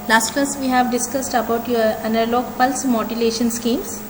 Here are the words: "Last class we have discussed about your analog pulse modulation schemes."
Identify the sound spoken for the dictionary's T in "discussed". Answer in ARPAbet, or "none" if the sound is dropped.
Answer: T